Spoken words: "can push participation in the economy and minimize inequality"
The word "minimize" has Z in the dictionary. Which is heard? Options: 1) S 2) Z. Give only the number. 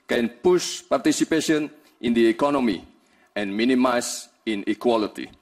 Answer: 1